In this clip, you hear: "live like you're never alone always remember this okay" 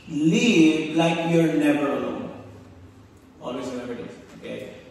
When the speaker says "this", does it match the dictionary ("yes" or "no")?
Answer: no